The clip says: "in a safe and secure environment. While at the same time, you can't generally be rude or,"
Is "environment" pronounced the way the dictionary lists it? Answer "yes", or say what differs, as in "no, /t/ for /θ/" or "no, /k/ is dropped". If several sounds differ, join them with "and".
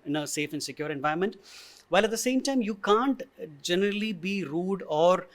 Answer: no, /ɹ/ is dropped